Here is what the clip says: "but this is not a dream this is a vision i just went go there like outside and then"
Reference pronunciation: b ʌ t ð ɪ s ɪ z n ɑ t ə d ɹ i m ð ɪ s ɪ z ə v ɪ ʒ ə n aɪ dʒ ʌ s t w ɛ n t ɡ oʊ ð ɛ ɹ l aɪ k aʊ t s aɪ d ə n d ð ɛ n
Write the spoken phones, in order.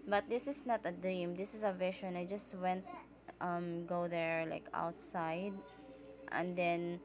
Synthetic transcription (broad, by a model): b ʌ t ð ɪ s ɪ s n ɑ t ə d ɹ i m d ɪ s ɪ s ə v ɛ ʃ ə n aɪ dʒ ʌ s t w ɛ n t ɡ oʊ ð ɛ ɹ l aɪ k aʊ t s aɪ d ə n d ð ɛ n